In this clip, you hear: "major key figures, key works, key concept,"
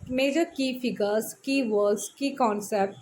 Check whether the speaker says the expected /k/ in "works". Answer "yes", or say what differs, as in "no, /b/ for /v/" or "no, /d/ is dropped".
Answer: no, /k/ is dropped